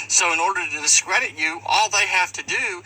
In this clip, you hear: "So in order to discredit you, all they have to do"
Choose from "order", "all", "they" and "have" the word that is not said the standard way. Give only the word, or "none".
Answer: have